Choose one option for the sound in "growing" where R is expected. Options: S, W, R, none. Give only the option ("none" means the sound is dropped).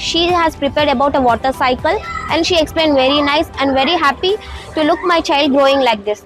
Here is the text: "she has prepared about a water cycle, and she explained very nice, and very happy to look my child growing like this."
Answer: R